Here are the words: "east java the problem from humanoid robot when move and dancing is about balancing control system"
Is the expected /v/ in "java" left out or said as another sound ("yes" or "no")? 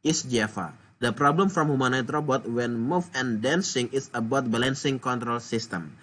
yes